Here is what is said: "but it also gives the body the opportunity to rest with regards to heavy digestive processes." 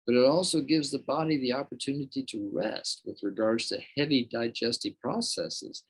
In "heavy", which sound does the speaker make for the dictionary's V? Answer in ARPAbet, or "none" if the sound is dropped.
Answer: V